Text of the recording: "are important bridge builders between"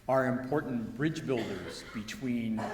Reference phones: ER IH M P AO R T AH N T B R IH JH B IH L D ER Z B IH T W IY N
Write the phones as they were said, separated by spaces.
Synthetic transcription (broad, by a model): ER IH M P AO R T N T B R IH JH B IH L D ER Z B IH T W IY N